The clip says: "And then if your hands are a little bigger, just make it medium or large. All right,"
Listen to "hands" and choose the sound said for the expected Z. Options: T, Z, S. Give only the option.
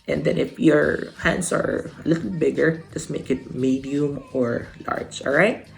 S